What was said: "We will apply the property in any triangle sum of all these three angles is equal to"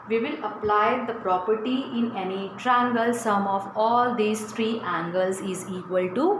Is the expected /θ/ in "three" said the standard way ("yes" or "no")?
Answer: no